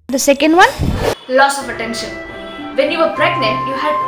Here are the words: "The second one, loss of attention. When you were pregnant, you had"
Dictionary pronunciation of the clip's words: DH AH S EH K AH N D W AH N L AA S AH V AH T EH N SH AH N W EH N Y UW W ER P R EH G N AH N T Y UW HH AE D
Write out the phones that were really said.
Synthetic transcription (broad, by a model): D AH S EH K AH N D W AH N L AA S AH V AH T EH N SH AH N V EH N Y UW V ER B R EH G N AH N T Y UW HH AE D